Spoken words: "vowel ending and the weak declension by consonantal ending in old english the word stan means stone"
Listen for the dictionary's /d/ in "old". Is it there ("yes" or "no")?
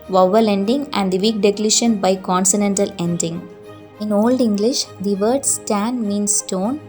yes